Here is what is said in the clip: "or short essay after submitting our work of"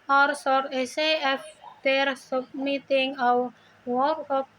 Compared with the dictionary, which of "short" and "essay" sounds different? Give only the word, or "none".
short